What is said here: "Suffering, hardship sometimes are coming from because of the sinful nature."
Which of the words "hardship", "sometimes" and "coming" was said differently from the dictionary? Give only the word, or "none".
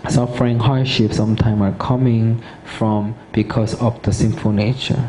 sometimes